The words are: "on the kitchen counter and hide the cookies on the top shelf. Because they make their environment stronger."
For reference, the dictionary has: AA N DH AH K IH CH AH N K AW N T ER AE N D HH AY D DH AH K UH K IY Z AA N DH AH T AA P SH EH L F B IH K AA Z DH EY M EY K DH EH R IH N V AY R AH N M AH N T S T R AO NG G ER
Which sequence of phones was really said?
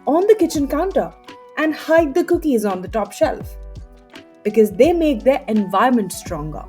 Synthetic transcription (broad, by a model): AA N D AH K IH CH AH N K AW N T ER AE N D HH AY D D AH K UH K IY Z AA N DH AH T AA P SH EH L F B IH K AA Z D EY M EY K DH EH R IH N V AY AH M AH N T S T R AO NG G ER